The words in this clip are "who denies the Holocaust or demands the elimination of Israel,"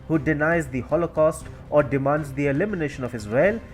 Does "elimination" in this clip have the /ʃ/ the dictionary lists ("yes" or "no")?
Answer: yes